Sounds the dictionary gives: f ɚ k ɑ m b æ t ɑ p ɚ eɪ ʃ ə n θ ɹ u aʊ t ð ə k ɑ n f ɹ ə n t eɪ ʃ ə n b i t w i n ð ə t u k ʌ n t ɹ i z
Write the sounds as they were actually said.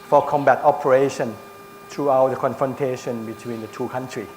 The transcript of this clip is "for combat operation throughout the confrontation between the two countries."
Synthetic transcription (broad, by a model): f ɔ k ɑ m b æ t ɑ p ɚ eɪ ʃ ə n t ɹ u aʊ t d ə k ɑ n f ɹ ə n t eɪ ʃ ə n b i t w i n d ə t u k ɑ n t ɹ i